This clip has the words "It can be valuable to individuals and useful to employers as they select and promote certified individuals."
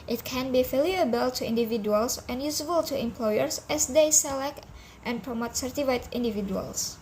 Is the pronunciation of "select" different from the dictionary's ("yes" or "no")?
no